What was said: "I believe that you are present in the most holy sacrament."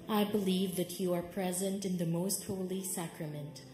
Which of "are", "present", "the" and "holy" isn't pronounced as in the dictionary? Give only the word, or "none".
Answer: none